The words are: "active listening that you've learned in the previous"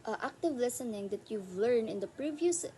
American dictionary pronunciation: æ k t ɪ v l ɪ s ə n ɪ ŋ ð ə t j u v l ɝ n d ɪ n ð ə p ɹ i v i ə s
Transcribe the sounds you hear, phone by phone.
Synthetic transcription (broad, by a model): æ k t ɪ v l ɪ s ə n ɪ ŋ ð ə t j u v l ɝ n ɪ n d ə p ɹ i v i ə s